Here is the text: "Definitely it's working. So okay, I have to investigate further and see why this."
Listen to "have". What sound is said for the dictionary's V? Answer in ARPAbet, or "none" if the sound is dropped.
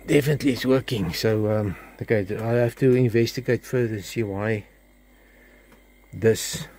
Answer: F